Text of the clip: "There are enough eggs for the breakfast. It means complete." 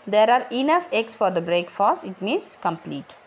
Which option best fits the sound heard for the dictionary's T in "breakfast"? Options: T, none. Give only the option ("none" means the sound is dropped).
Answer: none